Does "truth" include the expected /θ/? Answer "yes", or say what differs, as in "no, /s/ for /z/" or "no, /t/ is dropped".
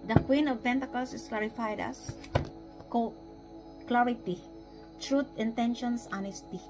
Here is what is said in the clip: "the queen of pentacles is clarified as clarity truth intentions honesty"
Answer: no, /t/ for /θ/